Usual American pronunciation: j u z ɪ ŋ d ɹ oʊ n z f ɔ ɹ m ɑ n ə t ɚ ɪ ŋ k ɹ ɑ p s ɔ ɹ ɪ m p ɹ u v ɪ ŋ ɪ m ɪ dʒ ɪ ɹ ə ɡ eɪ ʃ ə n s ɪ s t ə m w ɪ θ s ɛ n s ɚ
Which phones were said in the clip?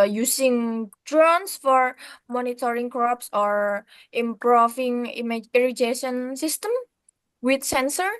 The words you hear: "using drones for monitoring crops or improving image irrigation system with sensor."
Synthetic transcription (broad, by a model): j u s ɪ ŋ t ɹ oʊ n s f ɔ ɹ m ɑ n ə t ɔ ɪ ŋ k ɹ ɑ p s ɔ ɹ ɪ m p ɹ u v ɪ ŋ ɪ m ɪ ɹ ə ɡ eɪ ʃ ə n s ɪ s t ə m w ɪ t s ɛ n s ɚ